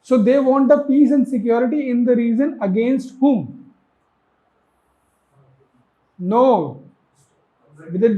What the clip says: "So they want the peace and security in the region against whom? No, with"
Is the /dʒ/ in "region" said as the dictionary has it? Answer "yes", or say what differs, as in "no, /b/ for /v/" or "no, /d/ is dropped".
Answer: no, /z/ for /dʒ/